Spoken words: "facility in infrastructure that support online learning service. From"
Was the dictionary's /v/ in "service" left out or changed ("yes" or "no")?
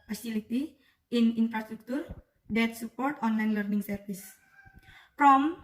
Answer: yes